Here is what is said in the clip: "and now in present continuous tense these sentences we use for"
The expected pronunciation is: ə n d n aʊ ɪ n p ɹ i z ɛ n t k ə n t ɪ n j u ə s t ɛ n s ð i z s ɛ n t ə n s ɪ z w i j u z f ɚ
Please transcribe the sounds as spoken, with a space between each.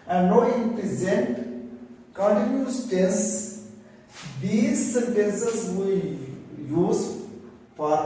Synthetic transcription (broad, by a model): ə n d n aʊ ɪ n p ɹ i z ɛ n t k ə n t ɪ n j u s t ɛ s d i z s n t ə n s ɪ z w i j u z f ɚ